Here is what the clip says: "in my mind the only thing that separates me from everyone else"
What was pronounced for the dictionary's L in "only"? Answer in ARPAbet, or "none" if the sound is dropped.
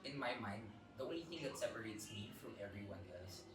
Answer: none